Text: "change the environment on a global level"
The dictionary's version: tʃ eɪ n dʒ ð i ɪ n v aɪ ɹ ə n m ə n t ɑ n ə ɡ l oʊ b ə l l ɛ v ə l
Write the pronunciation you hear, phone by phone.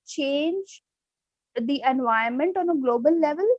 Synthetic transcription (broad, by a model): tʃ eɪ n dʒ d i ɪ n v aɪ ə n m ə n t ɑ n ə ɡ l oʊ b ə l l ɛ v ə l